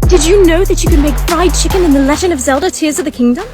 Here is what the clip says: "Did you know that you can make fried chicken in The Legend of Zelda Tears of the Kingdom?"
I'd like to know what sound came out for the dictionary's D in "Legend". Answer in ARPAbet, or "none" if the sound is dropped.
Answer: none